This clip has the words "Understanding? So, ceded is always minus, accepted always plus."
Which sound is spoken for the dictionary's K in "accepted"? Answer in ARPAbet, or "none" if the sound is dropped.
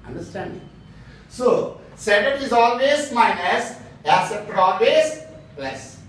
none